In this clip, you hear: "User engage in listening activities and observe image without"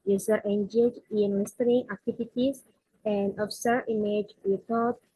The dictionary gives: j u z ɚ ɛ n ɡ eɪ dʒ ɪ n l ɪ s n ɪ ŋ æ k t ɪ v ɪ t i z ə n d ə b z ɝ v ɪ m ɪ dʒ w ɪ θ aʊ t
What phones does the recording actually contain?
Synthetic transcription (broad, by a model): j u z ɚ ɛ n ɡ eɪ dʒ ɪ n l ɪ s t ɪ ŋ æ k t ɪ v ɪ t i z ə n d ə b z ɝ ɪ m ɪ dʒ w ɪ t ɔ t